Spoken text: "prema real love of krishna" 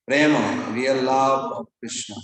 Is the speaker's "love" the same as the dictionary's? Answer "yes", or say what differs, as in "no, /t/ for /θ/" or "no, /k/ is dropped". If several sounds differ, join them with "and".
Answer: no, /b/ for /v/